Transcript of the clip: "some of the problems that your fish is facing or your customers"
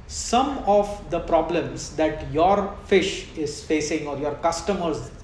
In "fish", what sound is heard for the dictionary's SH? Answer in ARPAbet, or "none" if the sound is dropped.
SH